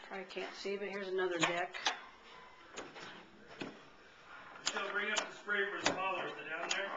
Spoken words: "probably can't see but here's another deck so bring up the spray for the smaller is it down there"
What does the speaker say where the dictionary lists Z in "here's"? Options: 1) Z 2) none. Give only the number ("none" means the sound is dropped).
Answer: 1